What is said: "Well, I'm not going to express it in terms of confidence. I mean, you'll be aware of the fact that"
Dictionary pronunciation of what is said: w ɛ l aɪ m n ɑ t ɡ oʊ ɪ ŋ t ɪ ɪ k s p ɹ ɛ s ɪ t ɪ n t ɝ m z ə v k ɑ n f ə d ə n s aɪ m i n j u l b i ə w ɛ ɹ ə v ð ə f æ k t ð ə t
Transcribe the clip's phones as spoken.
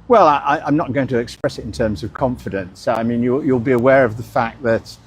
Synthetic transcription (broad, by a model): w ɛ l aɪ m n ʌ t ɡ oʊ ɪ ŋ t ɪ ɪ k s p ɹ ɛ s ɪ t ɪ n t ɝ m z ə v k ɑ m f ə d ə n s aɪ m i n j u l b i ə w ɛ ɹ ə v ð ə f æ k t ð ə t